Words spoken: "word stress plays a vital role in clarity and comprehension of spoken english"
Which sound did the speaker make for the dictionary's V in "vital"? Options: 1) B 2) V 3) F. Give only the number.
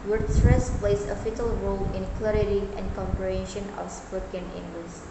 3